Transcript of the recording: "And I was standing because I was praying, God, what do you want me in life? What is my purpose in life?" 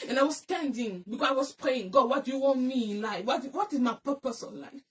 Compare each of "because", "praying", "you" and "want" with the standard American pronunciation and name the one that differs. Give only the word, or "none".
because